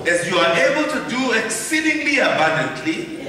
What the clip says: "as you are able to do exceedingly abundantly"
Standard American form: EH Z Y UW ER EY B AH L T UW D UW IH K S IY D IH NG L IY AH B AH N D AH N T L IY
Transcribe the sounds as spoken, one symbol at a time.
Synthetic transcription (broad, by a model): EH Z Y UW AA EY B AH L T UW D UW IH K S IY D IH NG L IY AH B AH N D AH N T L IY